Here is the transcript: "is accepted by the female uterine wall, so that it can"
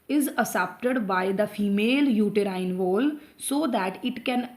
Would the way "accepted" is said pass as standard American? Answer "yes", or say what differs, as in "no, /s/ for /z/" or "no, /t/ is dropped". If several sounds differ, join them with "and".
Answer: no, /k/ is dropped